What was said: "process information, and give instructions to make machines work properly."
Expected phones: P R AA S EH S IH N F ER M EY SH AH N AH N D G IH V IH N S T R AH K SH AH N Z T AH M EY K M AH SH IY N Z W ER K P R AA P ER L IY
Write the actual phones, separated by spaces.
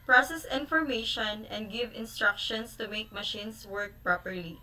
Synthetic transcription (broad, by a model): P R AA S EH S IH N F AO M EY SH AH N AH N D G IH V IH N S T R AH K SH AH N S T AH M EY K M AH SH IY N S W ER K P R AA P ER L IY